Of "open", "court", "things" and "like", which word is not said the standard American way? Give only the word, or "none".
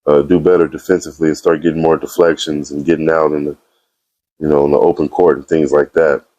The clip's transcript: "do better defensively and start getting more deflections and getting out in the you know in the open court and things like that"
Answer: none